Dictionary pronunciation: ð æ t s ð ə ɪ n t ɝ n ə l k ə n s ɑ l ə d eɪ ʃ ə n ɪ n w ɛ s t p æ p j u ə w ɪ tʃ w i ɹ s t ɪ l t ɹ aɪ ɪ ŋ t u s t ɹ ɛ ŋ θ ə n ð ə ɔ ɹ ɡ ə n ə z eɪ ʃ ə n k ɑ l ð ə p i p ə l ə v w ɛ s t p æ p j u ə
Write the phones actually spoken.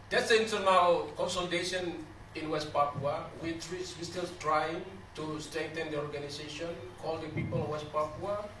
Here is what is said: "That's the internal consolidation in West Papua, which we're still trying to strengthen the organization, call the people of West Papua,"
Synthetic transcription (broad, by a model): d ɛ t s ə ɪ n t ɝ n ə k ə n s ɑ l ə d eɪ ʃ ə n ɪ n w ɛ s t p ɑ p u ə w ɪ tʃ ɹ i w s t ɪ l t ɹ aɪ ɪ ŋ t u s t ɹ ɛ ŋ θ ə n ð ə ɔ ɹ ɡ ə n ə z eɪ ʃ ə n k ɑ l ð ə p i p ə l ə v w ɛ s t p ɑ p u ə